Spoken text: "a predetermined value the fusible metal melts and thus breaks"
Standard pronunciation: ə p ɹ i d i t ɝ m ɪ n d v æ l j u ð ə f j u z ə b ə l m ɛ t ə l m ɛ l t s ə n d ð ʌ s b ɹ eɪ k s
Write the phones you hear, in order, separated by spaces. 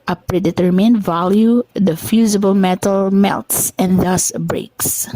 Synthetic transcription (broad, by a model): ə p ɹ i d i t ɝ m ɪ n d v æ l j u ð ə f j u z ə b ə l m ɛ t ə l m ɛ l t s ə n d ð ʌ s b ɹ eɪ k s